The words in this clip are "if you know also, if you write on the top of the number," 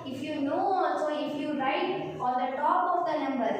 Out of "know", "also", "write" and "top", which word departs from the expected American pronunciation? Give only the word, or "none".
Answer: also